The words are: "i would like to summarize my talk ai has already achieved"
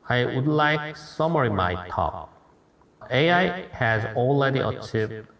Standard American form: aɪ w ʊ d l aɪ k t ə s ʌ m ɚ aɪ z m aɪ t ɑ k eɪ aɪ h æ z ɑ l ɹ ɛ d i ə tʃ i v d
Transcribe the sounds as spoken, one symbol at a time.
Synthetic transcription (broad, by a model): aɪ w ʊ d l aɪ k s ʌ m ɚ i m aɪ t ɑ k eɪ aɪ h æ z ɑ l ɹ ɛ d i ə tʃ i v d